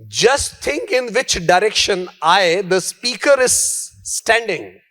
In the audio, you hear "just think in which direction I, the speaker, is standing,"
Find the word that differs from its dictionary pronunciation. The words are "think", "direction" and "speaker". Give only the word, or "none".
think